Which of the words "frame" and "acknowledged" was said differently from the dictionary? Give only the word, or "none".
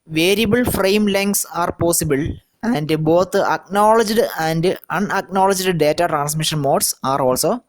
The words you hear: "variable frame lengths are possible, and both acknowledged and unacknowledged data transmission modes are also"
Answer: none